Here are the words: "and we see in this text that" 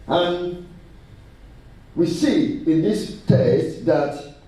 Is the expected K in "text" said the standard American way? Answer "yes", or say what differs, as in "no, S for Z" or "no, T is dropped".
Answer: no, K is dropped